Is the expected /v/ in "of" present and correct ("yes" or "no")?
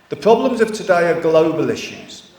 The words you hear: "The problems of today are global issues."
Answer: no